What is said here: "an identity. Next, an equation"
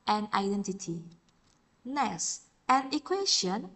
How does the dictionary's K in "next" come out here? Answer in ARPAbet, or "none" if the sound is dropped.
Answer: none